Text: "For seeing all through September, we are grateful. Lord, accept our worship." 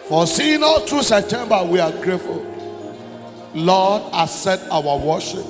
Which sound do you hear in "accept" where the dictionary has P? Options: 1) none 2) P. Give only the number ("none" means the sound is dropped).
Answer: 1